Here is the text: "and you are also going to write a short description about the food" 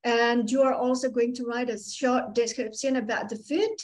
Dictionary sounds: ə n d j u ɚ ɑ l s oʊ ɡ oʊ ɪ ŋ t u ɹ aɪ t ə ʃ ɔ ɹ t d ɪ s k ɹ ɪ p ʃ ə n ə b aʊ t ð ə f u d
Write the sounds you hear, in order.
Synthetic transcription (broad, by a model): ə n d j u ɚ ɑ l s oʊ ɡ oʊ ɪ ŋ t u ɹ aɪ t ə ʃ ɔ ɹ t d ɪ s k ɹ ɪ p s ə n ə b aʊ t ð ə f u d